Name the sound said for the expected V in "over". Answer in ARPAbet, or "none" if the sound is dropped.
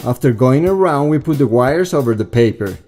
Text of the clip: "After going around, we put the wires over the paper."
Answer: V